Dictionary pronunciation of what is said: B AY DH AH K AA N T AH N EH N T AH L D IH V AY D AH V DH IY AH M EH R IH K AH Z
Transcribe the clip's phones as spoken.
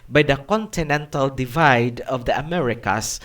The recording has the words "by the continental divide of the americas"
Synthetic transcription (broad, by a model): B AY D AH K AA N T AH N EH N T AH L D IH V AY D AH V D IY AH M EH R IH K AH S